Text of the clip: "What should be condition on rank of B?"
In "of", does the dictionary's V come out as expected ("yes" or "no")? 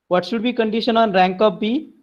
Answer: no